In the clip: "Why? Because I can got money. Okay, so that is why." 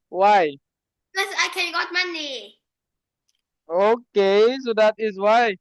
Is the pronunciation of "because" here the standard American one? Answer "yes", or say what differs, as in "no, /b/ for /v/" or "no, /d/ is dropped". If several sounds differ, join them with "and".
no, /z/ is dropped